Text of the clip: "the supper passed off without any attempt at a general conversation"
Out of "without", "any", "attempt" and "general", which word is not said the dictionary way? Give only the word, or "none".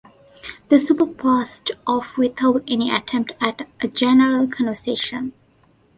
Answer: without